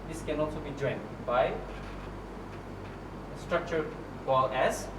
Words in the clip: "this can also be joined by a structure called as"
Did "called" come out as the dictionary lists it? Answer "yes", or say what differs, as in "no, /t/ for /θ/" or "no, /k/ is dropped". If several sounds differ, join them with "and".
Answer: no, /d/ is dropped